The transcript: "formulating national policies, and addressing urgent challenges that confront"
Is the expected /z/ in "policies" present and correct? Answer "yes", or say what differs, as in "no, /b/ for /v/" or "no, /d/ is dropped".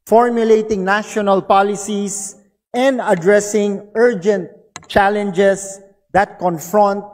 no, /s/ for /z/